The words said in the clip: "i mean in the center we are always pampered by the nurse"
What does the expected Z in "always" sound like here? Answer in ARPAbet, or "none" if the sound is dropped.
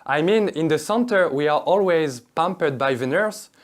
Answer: Z